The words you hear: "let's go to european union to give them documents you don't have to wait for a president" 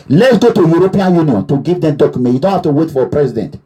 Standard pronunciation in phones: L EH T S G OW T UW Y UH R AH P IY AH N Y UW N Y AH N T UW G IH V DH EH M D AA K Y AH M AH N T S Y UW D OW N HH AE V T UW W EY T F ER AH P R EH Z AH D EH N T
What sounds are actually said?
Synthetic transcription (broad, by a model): L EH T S G OW T UW Y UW R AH P IY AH N Y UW N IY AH N T UW G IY V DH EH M D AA K Y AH M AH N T Y UW D OW N HH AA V T UW W EY T F AH P R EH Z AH D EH N T